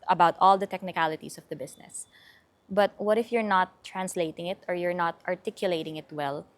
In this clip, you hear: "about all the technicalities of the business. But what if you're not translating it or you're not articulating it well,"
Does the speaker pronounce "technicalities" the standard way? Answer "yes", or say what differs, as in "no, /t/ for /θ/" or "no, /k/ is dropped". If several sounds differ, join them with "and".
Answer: no, /s/ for /z/